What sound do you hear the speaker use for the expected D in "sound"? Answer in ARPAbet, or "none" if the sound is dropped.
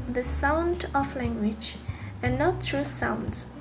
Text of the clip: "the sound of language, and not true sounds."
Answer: D